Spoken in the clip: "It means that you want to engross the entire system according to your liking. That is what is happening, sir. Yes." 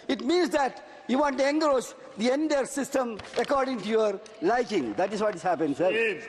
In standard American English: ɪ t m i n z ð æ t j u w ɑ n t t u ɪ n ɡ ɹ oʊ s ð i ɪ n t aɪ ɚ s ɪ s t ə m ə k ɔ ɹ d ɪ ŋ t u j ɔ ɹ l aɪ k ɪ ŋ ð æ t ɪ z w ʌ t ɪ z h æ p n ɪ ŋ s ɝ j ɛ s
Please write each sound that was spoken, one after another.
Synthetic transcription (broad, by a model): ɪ t m i n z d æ t j u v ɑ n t t u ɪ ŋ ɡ ɹ oʊ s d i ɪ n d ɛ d s ɪ s t ə m ə k ɔ ɹ d ɪ ŋ t u j ɔ ɹ l aɪ k ɪ ŋ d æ t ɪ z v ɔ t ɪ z h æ p ɪ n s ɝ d